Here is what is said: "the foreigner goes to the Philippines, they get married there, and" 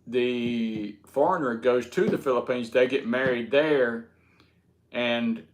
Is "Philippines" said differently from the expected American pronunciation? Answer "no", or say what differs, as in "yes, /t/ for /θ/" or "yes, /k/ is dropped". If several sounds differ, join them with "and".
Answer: no